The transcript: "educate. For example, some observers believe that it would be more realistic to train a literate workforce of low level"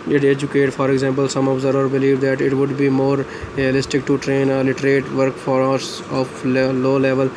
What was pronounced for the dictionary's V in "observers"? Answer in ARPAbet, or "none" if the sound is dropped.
none